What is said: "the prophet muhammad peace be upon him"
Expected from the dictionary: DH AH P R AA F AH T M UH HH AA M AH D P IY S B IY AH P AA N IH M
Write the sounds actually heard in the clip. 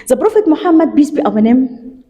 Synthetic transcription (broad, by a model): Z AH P R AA F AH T M UH HH AA M AH D B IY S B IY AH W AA N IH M